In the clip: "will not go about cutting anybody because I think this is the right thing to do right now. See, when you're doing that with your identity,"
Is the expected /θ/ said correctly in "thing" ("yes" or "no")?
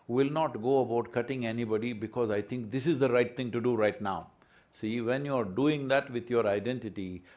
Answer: no